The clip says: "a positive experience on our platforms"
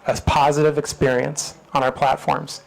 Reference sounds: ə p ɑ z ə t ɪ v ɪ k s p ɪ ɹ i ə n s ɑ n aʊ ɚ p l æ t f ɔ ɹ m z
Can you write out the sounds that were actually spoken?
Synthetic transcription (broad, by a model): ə p ɑ z ə t ɪ v ɪ k s p ɪ ɹ i ə n s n aʊ ɚ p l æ t f ɔ ɹ m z